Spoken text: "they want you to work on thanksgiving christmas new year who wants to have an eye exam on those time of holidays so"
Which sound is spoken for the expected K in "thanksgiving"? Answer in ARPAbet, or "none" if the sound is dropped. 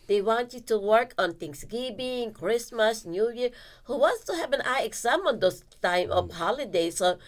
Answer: none